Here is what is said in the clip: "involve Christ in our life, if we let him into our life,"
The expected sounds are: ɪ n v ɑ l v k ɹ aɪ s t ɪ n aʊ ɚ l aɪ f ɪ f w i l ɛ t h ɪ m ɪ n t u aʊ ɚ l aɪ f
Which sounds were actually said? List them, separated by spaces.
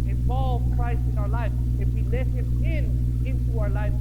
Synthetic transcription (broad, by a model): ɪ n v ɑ l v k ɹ aɪ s ɪ n aʊ ɚ l aɪ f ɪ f w i l ɛ t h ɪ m ɪ n t u aʊ ɚ l aɪ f